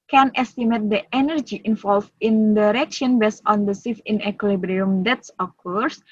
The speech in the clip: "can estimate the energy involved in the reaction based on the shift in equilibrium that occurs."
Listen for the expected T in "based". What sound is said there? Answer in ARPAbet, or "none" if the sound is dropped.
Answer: none